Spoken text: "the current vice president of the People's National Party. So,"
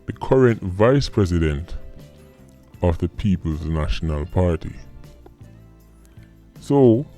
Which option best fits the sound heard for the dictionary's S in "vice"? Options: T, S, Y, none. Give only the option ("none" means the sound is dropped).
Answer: S